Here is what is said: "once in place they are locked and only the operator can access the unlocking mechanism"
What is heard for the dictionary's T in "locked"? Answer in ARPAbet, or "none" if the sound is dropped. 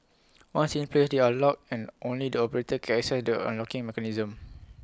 none